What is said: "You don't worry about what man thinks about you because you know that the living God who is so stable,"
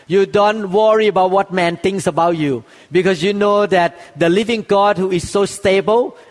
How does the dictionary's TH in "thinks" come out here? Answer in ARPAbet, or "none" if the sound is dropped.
T